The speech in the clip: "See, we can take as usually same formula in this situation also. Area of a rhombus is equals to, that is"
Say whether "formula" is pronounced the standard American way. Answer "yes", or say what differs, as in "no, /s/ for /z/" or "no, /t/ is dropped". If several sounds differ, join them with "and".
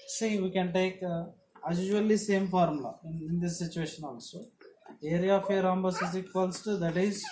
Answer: no, /l/ is dropped